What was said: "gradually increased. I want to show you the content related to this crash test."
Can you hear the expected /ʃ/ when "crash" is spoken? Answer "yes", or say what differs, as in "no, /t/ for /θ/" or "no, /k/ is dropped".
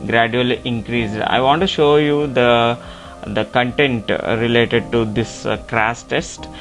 no, /s/ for /ʃ/